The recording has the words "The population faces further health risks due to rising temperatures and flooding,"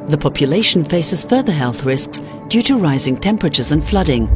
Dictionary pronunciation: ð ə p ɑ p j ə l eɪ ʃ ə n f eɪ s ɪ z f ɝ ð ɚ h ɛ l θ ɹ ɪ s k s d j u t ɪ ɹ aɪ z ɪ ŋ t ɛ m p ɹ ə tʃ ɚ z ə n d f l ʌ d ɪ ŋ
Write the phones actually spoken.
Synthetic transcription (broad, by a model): ð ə p ɑ p j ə l eɪ ʃ n f eɪ s ɪ z f ɝ ð ɚ h ɛ l θ ɹ ɪ s k s d j u t ɪ ɹ aɪ z ɪ ŋ t ɛ m p ɹ ə tʃ ɚ z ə n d f l ʌ d ɪ ŋ